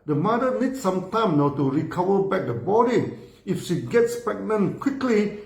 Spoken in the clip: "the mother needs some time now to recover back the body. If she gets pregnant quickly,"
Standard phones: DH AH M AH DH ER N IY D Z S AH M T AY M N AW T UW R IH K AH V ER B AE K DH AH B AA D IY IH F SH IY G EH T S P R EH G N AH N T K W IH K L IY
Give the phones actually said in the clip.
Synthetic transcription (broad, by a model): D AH M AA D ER N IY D S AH M T AY M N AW T UW R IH K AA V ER B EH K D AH B AA D IY IH F SH IY G EH T S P EH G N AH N K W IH K L IY